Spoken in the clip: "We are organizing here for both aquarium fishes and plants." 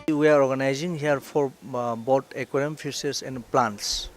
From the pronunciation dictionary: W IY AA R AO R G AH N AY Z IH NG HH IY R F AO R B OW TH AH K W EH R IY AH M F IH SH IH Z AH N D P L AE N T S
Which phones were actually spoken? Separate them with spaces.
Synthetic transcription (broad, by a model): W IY AA R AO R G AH N AY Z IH NG HH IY R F AO R B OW T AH K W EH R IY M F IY S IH S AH N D P L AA N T S